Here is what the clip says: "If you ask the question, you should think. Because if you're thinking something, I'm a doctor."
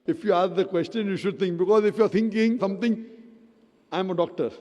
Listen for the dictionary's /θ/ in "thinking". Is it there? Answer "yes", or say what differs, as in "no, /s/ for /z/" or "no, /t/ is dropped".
no, /t/ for /θ/